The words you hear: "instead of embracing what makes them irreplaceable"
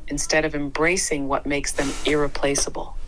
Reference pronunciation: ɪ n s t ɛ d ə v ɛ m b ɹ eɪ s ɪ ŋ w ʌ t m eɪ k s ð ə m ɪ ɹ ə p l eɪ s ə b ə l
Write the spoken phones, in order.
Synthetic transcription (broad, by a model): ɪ n s t ɛ d ə v ɛ m b ɹ eɪ s ɪ ŋ w ʌ t m eɪ k s ð ə m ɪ ɹ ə p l eɪ s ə b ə l